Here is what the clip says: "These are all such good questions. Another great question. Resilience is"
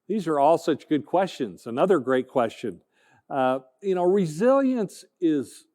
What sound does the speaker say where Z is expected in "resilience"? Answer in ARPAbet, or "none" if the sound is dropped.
Z